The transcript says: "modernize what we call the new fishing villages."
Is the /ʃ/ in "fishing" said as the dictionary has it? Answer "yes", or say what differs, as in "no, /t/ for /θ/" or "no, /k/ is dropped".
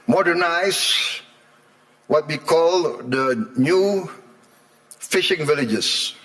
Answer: yes